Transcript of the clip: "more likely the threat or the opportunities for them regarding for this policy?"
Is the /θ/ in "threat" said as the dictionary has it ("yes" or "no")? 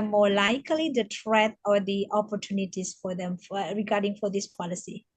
no